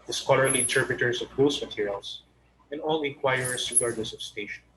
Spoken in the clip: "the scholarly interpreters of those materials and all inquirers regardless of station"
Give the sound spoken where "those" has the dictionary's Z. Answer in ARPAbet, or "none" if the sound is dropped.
S